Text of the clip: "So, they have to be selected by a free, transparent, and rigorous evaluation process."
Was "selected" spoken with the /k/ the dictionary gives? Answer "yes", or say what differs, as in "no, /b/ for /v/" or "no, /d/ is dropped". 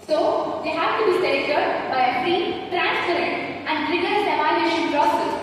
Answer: no, /k/ is dropped